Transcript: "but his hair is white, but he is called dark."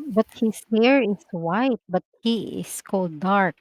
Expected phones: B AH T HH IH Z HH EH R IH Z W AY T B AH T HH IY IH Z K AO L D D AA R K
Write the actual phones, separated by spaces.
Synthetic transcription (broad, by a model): B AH T HH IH S HH EH R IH S W AY T B AH T HH IY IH S K AO L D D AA R K